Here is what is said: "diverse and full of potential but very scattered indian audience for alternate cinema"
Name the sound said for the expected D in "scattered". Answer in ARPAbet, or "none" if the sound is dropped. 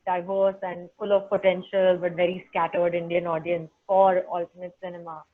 D